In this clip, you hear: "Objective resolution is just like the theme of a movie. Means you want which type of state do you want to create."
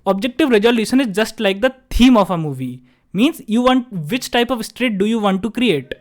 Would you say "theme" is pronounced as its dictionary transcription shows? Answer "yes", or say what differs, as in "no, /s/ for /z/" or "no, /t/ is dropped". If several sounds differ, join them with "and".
no, /t/ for /θ/